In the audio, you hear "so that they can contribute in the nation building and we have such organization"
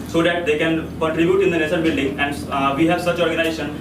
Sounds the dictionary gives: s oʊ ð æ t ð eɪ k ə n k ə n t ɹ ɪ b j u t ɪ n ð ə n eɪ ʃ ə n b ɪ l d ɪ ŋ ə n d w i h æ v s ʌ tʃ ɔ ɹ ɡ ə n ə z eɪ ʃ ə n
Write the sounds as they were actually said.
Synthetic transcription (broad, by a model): s oʊ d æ t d eɪ k ə n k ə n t ɹ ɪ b j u t ɪ n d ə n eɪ s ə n b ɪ l d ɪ ŋ ə n d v i h æ v s ʌ tʃ ɔ ɹ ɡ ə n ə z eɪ ʃ ə n